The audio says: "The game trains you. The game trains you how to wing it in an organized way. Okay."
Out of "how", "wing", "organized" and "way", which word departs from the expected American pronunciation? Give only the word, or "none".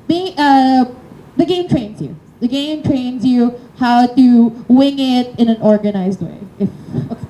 none